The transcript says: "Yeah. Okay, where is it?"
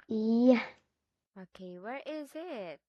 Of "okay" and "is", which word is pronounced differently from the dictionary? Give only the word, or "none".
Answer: none